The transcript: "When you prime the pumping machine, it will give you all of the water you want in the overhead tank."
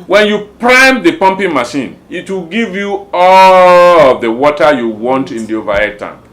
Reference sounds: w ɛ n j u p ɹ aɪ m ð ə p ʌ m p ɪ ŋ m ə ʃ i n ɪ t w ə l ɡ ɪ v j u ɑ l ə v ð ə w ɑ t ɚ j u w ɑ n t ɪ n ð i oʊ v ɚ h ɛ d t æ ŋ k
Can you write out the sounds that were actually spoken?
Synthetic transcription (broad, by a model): w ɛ n j u p ɹ aɪ m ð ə p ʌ m p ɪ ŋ m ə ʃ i n ɪ t w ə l ɡ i v j u ɑ l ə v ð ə w ɑ t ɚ j u w ɑ n t ɪ n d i oʊ v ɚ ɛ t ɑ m